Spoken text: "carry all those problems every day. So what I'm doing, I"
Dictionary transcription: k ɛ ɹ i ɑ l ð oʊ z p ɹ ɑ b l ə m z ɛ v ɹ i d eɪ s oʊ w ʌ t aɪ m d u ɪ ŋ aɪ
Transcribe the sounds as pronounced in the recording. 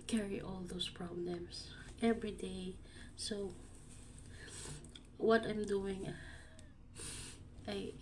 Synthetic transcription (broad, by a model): k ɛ ɹ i ɑ l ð oʊ s p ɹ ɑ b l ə m s ɛ v ɹ i d eɪ s oʊ w ʌ t aɪ m d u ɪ ŋ aɪ